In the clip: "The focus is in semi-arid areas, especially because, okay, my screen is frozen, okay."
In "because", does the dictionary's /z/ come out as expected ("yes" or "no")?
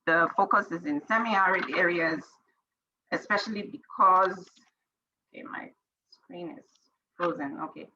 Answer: yes